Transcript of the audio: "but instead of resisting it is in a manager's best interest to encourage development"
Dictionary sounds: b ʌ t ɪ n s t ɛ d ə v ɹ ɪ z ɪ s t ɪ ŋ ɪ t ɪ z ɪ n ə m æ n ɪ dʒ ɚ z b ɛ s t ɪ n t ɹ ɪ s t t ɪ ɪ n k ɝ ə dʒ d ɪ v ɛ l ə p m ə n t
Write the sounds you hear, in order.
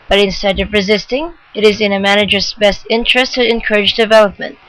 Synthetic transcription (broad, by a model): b ʌ t ɪ n s t ɛ d ə v ɹ ɪ z ɪ s t ɪ ŋ ɪ t ɪ z ɪ n ə m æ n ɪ dʒ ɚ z b ɛ s t ɪ n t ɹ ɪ s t t ɪ ɪ n k ɝ ə dʒ d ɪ v ɛ l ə p m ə n t